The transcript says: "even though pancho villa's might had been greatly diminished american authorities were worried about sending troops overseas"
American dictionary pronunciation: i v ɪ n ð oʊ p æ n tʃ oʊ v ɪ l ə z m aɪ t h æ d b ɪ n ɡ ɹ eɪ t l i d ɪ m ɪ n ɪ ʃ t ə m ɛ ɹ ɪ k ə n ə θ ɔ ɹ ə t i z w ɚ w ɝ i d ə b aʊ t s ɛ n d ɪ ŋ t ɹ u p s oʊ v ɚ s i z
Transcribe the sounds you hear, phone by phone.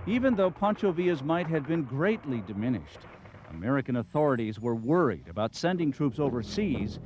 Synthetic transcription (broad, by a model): i v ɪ n ð oʊ p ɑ n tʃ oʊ v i ə z m aɪ t h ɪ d b ɪ n ɡ ɹ eɪ t l i d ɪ m ɪ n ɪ ʃ t ə m ɛ ɹ ɪ k ə n ə θ ɔ ɹ ə t i z w ɚ w ɝ i d ə b aʊ t s ɛ n d ɪ ŋ t ɹ u p s oʊ v ɚ s i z